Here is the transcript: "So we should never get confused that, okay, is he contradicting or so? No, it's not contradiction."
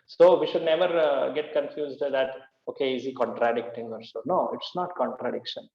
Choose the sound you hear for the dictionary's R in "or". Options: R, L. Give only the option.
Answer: R